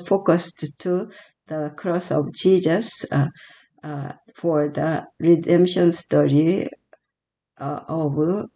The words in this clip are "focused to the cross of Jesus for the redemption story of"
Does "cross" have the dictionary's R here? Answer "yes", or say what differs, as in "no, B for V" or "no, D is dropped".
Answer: yes